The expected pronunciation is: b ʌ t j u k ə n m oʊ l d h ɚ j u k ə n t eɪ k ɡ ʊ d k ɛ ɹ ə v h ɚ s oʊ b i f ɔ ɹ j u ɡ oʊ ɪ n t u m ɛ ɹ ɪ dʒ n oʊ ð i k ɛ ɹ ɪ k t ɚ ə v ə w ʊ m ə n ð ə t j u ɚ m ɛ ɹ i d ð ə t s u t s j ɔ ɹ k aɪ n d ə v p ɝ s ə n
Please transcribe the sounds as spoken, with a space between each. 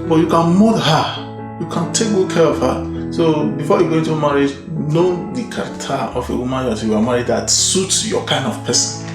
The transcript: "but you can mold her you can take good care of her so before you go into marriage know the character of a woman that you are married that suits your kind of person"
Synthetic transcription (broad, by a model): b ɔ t j u k ə n m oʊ d h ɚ j u k ə n t eɪ k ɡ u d k ɛ ɹ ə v h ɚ s oʊ b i f ɔ j u ɡ oʊ ɪ n t u m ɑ ɹ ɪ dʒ n oʊ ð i k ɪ t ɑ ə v ə w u m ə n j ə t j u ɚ m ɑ ɹ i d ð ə t s u t s j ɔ k aɪ n d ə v p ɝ s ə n